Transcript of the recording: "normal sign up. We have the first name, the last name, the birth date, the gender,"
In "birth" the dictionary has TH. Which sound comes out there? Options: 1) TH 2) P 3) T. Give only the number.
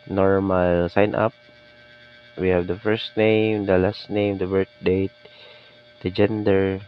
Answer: 3